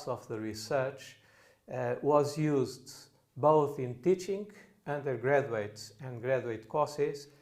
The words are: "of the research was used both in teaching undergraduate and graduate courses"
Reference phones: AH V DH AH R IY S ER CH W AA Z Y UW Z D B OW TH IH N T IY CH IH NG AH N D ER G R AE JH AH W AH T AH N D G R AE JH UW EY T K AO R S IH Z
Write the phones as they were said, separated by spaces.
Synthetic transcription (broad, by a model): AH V DH AH R IY S ER CH W AA Z Y UW Z D B OW TH IH N T IY CH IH NG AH N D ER G R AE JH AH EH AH T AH N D G R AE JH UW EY T K AO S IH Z